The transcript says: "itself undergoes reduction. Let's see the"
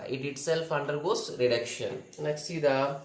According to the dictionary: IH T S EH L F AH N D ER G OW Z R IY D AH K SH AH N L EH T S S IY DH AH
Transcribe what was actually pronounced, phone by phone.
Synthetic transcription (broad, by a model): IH T S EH L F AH N D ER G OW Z R IY D AH K SH AH N N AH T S S IY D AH